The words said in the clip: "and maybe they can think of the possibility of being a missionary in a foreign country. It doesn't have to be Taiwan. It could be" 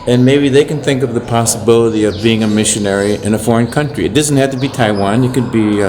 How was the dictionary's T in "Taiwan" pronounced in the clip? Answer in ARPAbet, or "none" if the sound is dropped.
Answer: T